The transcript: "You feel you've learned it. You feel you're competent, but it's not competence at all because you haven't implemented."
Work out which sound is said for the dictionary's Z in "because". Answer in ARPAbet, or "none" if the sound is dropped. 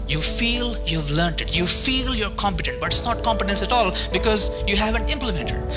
Z